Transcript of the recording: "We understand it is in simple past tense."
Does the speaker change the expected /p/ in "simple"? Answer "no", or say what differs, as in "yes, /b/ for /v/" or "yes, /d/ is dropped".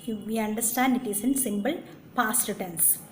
yes, /b/ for /p/